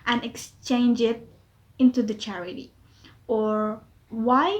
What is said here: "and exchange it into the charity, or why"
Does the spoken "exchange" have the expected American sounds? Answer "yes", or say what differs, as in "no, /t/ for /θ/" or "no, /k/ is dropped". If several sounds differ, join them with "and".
yes